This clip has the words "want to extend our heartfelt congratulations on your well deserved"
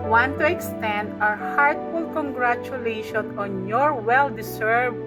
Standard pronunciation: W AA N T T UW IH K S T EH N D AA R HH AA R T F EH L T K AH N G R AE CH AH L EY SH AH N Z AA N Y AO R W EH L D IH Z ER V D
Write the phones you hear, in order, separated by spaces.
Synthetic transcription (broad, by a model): W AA N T T UW IH K S T EH N D AA R HH AA R T F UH L K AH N G R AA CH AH L EY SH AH N AA N Y AO R W EH L D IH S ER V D